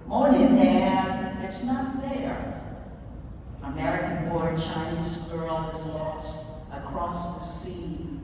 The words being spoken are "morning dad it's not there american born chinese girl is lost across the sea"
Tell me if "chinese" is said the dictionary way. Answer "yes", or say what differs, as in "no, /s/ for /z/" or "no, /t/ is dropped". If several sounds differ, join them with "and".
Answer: yes